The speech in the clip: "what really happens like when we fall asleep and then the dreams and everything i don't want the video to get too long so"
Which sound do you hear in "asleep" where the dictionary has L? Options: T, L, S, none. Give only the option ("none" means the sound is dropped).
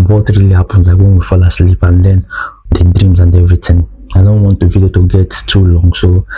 L